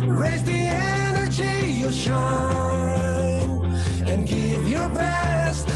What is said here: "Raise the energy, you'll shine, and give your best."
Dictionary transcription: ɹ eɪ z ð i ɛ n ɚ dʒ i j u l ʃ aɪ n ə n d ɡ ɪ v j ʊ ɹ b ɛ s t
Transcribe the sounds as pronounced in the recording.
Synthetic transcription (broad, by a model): ɹ eɪ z ð i ɛ n ɚ dʒ i j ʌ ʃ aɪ ə n ɡ ɪ v j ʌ ɹ b ɛ s t